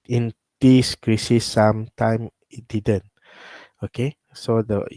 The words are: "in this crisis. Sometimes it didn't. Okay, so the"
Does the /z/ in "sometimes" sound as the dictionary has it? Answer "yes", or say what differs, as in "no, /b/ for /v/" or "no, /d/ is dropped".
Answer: no, /z/ is dropped